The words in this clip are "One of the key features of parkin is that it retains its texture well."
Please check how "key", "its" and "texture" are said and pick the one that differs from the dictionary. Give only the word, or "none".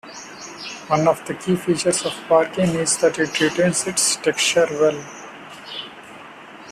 texture